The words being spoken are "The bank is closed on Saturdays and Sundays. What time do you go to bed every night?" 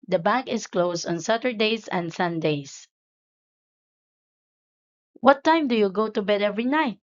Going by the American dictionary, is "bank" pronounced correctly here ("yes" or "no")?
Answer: no